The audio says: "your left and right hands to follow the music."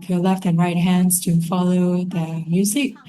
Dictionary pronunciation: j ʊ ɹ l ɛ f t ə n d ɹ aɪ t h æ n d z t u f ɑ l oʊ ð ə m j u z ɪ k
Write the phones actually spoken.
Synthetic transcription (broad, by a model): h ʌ l ɛ f t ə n ɹ aɪ t h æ n d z t u f ɑ l oʊ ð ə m j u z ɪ k